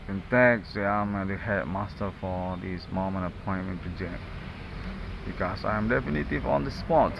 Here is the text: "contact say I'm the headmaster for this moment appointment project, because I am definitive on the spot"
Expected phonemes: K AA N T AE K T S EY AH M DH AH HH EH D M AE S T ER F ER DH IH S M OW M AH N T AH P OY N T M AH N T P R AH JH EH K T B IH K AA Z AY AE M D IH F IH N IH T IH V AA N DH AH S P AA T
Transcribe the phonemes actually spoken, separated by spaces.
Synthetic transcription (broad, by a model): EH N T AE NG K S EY AH M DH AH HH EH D M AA S T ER F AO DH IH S M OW M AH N AH P OY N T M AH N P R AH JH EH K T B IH K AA S AY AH M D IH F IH N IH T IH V AA N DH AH S P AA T